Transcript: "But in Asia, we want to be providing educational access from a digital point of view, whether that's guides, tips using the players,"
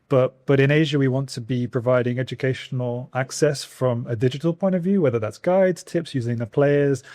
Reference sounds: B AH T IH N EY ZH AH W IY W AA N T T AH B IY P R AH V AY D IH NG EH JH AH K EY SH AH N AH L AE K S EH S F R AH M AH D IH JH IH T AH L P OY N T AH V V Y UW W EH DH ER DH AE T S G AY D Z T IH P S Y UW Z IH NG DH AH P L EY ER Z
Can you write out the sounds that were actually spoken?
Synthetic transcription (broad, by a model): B AH T IH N EY ZH AH W IY W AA N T T AH B IY P R AH V AY D IH NG EH JH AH K EY SH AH N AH L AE K S EH S F R AH M AH D IH JH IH T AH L P OY N T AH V V Y UW W EH DH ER DH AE T S G AY D Z T IH P S Y UW Z IH NG DH AH P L EY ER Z